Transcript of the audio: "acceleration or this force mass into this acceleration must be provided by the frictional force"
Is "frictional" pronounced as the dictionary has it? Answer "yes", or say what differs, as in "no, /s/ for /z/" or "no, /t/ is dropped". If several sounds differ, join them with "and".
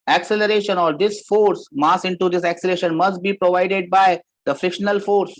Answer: yes